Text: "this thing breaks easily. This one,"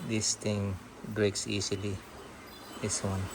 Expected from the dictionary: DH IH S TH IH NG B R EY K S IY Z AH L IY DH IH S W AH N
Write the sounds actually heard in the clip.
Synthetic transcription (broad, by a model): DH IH S T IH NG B R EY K S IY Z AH L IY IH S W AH N